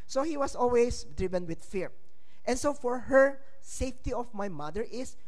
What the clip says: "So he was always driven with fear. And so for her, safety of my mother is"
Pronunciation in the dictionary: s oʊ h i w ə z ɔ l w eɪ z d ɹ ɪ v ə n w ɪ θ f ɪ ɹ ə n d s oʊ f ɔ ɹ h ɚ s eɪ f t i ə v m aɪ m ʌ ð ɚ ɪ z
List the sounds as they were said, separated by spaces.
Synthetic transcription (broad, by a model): s oʊ h i w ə s ɔ l w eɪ s d ɹ ɪ v ə n w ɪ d f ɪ ɹ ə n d s oʊ f ɔ ɹ h ɚ s eɪ f t i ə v m aɪ m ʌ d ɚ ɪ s